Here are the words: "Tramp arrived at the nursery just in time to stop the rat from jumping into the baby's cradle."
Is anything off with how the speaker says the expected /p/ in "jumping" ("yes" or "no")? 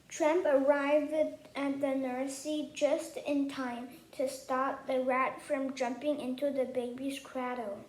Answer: no